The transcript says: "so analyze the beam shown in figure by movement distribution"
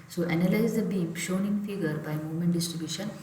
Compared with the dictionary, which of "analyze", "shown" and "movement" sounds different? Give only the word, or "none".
none